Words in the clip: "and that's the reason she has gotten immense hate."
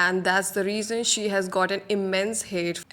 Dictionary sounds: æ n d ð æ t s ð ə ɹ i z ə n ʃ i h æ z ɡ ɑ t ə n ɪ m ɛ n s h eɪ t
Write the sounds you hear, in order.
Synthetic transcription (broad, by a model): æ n d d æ t s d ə ɹ i z ə n ʃ i h æ z ɡ ɑ t ə n ɪ m ɛ n s h eɪ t